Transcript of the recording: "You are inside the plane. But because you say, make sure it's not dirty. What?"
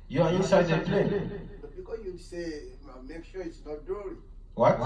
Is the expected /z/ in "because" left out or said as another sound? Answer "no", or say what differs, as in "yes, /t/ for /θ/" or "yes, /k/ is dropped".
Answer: yes, /s/ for /z/